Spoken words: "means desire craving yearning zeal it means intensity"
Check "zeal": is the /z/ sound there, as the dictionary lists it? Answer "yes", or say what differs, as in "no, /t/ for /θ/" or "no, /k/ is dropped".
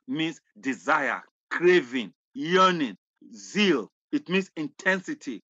yes